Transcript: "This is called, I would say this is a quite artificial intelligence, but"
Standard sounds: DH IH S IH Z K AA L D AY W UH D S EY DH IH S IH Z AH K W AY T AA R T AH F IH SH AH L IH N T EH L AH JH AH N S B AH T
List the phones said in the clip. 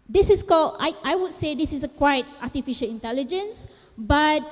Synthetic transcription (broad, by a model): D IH S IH S K AA L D AY W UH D S EY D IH S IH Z AH K W AY T AA T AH F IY SH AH L IH N T EH L AH JH AH N S B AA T